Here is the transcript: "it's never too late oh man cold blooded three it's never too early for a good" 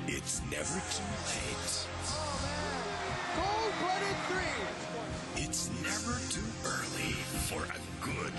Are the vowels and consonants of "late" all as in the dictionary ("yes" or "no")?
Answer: no